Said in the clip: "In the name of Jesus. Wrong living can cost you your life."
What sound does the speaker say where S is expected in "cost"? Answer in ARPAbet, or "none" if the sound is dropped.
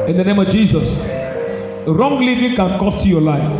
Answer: none